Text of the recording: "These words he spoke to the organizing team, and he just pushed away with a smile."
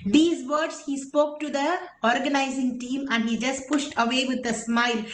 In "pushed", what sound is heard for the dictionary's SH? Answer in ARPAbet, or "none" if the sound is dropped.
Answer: SH